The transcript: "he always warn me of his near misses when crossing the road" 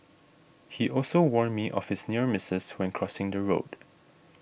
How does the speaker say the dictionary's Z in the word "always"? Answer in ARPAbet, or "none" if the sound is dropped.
none